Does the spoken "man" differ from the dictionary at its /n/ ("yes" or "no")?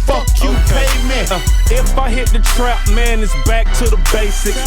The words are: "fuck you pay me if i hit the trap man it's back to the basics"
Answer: no